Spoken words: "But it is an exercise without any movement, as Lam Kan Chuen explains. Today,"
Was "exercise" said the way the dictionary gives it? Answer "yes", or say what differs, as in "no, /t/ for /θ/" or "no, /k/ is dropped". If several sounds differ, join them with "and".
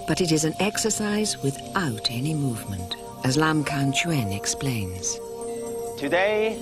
yes